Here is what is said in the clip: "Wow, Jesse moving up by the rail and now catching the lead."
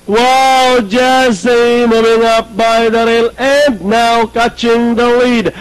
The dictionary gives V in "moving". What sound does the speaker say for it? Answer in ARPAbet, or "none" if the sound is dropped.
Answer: V